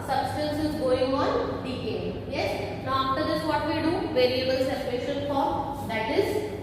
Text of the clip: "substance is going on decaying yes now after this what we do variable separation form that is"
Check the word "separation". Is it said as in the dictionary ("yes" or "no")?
no